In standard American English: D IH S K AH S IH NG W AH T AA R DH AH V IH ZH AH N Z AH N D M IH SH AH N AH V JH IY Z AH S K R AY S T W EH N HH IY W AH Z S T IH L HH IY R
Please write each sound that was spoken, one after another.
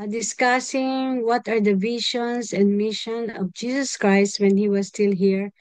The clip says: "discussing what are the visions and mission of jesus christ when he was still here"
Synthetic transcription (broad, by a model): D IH S K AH S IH NG W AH T AA R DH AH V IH SH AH N S AH N D M IH SH AH N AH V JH IY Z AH S K R AY S T W EH N HH IY W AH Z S T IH L HH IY R